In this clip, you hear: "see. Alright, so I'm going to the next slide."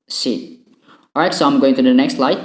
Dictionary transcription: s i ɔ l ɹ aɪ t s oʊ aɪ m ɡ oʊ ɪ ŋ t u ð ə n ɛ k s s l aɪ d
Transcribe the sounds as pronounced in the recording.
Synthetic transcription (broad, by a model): s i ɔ ɹ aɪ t s oʊ aɪ m ɡ oʊ ɪ ŋ t u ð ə n ɛ k s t l aɪ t